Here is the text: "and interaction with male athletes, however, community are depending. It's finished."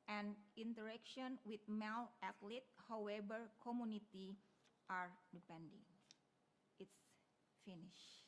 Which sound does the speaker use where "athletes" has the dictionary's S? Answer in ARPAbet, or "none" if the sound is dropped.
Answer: none